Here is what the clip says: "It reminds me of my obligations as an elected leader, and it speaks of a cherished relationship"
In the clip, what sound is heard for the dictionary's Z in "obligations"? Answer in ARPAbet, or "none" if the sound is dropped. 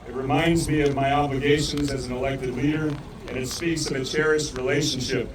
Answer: Z